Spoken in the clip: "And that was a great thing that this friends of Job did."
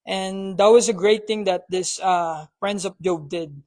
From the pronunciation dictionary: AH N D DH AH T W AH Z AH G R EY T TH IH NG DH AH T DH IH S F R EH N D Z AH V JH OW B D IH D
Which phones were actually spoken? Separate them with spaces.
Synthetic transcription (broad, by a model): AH N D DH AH T W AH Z AH G R EY T TH IH NG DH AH T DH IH S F R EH N D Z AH P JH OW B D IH D